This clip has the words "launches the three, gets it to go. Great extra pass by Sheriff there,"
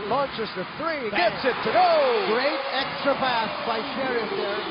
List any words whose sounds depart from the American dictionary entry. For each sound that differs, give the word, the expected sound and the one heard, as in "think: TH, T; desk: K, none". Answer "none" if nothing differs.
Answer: pass: P, B